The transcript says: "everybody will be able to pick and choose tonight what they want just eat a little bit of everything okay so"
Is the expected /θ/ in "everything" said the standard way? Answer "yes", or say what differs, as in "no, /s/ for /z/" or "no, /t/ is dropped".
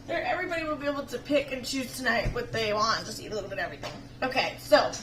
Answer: yes